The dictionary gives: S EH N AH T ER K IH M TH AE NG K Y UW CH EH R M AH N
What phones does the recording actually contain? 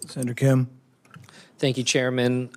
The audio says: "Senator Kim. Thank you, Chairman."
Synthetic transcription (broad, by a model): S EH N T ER K IH M TH AE NG K Y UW CH EH R M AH N